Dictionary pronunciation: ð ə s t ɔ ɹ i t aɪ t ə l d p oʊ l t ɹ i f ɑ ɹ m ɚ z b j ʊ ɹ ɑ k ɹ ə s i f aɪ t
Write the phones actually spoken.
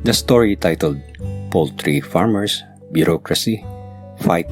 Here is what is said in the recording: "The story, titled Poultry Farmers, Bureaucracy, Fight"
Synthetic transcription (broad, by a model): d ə s t ɔ ɹ i t aɪ t ə l d p oʊ l t ɹ i f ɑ ɹ m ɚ s b j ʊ ɹ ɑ k ɹ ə s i f aɪ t